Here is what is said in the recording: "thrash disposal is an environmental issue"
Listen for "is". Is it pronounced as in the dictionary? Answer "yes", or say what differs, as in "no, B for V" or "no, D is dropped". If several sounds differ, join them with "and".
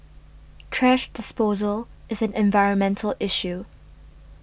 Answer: yes